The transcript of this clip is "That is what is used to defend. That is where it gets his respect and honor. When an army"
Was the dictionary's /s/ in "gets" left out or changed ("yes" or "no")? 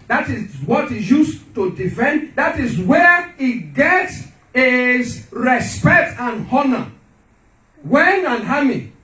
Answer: no